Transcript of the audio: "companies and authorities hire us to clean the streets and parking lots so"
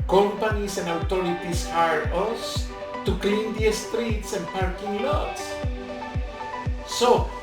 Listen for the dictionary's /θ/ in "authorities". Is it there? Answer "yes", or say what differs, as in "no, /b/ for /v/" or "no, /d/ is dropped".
no, /t/ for /θ/